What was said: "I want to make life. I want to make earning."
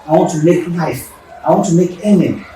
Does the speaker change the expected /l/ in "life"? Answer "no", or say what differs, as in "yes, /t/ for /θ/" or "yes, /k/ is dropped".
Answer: yes, /n/ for /l/